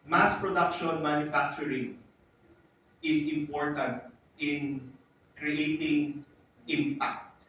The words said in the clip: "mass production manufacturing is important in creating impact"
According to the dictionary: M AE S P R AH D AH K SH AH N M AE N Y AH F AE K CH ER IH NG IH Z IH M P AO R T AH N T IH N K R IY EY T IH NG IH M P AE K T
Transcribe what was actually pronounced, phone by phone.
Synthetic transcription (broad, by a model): M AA S P R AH D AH K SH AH N M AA N Y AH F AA K CH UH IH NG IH S IH M P AO R T AH N T IH N K R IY EY T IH NG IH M P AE K T